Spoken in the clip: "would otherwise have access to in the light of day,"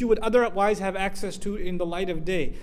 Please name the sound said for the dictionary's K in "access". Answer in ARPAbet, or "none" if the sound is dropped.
K